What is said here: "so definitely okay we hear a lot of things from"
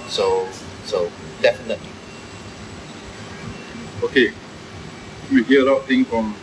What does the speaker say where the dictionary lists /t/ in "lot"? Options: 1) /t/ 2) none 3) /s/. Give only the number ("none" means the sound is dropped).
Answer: 2